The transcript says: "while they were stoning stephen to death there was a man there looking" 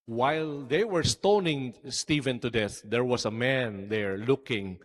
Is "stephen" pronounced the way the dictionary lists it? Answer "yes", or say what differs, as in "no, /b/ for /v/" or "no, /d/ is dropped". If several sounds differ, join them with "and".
yes